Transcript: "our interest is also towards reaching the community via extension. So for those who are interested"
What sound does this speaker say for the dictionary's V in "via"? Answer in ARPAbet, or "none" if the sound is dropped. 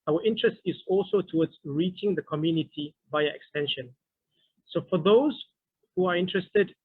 B